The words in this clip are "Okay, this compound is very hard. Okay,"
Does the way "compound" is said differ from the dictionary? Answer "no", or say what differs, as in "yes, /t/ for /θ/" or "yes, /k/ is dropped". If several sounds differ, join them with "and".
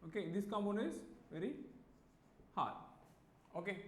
yes, /p/ is dropped and /d/ is dropped